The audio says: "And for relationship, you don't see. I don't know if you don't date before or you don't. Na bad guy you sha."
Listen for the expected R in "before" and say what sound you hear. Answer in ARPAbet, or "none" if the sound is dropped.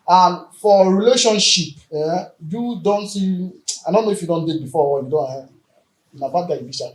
W